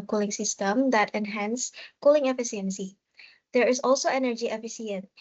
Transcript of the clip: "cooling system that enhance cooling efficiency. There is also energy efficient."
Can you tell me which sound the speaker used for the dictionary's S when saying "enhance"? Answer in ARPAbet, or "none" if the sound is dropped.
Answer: S